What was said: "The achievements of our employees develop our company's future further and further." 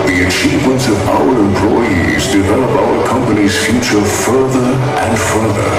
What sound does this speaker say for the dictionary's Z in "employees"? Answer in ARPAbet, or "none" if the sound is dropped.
Z